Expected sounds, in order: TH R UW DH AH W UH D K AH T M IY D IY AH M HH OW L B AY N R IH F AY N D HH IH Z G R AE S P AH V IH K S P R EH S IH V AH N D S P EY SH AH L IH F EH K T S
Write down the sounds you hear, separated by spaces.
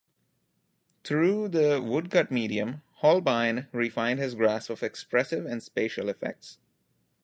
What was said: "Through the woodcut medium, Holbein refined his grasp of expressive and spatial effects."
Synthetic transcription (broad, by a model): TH R UW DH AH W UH D K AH T M IY D IY AH M HH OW L B AY N R IH F AY N D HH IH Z G R AE S P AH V IH K S P R EH S IH V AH N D S P EY SH AH L IH F EH K T S